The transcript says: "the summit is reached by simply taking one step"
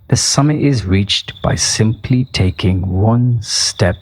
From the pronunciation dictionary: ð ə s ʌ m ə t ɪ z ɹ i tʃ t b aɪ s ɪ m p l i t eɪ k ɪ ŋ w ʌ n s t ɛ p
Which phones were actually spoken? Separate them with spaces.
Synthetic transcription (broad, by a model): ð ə s ʌ m ə t ɪ z ɹ i tʃ t b aɪ s ɪ m p l i t eɪ k ɪ ŋ w ʌ n s t ɛ p